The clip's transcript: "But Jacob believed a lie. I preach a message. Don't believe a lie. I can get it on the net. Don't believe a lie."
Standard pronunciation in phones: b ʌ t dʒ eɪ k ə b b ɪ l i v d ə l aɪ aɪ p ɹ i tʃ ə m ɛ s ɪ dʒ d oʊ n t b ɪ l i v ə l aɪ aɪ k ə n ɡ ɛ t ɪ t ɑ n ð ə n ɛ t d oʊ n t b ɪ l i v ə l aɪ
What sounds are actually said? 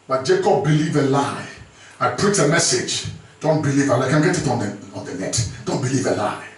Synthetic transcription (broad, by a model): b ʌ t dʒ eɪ k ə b b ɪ l i v ə l aɪ aɪ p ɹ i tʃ ə m ɛ s ɪ dʒ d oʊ n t b ɪ l i v ə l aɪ aɪ k ə n ɡ ɛ t ɪ t ɑ n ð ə n ɛ t d oʊ n t b ɪ l i v ə l aɪ